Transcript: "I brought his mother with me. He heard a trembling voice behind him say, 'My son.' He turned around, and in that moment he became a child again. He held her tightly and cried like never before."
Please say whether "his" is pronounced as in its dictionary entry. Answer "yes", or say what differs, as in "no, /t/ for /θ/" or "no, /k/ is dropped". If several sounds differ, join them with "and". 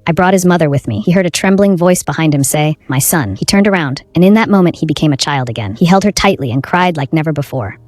yes